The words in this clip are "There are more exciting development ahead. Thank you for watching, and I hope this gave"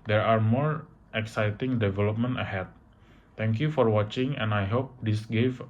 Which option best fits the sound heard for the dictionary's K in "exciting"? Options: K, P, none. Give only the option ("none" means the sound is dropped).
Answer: K